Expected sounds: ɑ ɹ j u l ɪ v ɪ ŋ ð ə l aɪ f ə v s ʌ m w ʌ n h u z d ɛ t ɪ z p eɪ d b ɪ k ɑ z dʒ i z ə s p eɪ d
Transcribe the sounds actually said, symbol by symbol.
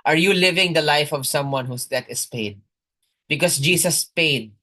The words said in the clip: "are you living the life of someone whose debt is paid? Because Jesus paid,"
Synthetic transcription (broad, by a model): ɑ ɹ j u l ɪ v ɪ ŋ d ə l aɪ f ə v s ʌ m w ʌ n h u s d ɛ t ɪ s p eɪ d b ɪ k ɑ s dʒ i s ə s p eɪ d